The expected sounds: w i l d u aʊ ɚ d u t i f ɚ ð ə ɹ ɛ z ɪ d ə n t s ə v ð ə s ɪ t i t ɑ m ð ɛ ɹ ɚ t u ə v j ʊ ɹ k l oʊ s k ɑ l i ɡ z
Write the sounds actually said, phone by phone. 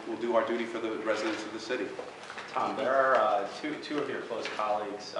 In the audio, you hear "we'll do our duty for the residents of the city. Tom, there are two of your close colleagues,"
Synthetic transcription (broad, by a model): w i l d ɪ aʊ ɚ d u t i f ɚ ð ə ɹ ɛ z ɪ d ə n t s ə v ð ə s ɪ t i t ɑ m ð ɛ ɹ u t u ə v j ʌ ɹ k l oʊ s k ɑ l i ɡ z